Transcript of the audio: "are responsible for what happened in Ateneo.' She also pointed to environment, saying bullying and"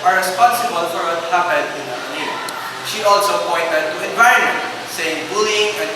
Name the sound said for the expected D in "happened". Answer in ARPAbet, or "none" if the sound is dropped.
none